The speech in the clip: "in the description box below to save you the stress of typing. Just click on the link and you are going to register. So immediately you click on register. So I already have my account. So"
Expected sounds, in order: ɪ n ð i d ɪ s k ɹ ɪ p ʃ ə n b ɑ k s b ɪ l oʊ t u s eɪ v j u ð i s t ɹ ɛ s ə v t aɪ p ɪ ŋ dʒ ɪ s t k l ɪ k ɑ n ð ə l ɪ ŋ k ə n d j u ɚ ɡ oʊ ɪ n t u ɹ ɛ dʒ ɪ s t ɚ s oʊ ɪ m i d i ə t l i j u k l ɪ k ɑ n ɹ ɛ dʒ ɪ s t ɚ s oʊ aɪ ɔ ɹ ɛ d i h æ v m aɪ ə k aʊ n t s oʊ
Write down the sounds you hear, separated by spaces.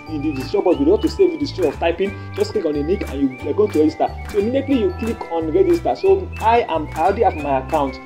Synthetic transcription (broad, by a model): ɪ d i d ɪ s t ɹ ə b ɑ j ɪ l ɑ t u s eɪ v j u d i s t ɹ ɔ ə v t aɪ p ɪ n dʒ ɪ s k l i k ɑ n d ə n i k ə n j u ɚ ɡ oʊ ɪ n t u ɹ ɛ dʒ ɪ s t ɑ s oʊ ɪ m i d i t l i j u k l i k ɑ n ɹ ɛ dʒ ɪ s t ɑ s oʊ aɪ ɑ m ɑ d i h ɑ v m aɪ ə k aʊ n t